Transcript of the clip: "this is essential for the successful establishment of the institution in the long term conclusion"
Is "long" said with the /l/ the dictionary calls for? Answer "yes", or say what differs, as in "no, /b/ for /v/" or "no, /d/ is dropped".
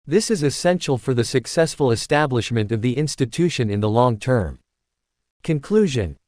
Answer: yes